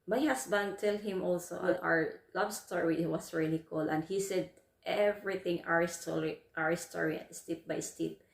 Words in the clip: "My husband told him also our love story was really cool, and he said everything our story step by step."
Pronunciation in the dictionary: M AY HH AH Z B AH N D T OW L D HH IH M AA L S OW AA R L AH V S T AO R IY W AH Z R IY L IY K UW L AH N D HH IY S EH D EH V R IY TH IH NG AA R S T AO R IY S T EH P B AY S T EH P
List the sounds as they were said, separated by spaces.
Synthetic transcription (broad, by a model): M AY HH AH S B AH N D T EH L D HH IH M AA L S OW AA R L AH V S T AO R IY W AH S R IY L IY K UW L AH N D HH IY S EH D EH V R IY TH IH NG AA R S T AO R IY S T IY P B AY S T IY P